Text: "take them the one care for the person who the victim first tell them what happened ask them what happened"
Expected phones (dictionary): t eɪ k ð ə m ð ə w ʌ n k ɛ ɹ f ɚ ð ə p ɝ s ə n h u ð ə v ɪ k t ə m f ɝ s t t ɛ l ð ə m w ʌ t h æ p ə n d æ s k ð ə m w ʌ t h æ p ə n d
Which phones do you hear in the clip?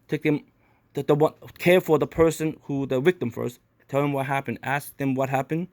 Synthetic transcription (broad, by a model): t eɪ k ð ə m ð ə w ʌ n k ɛ ɹ f ɚ ð ə p ɝ s ə n h u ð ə w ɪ k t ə m f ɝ s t t ɛ l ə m w ʌ t h æ p ə n d æ s k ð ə m w ʌ t h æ p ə n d